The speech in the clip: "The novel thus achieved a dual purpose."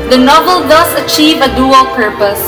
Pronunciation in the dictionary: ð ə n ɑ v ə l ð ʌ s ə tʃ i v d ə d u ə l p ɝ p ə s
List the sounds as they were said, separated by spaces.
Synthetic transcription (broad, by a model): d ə n ɑ v ə l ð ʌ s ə tʃ i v ə d u ə l p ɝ p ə s